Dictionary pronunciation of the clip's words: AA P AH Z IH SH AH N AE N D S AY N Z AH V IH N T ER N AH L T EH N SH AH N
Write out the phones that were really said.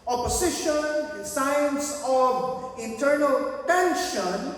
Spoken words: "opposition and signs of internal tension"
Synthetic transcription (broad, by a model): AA P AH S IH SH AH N N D S AY N S AH V IH N T ER N AH L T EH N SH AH N